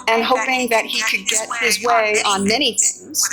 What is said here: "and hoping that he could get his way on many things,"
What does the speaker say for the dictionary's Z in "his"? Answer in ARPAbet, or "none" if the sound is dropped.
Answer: Z